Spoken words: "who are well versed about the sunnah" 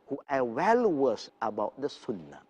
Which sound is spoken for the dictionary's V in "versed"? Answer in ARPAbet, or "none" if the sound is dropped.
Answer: W